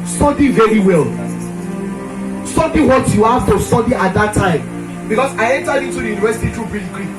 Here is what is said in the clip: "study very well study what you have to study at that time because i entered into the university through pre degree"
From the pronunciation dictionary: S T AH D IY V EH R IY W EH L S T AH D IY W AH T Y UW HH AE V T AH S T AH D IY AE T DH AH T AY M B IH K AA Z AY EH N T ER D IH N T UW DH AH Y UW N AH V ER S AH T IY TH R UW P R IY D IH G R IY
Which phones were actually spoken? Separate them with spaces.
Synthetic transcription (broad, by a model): S T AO D IY V EH R IY W EH L S T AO D IY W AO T Y UW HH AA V T AH S T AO D IY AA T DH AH T AY M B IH K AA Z AY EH N T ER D IH N T UW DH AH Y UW N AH V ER S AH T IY T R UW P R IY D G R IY